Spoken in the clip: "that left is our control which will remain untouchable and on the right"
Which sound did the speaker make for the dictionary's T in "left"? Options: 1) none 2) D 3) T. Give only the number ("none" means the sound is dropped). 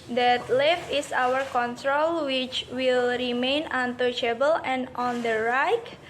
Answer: 1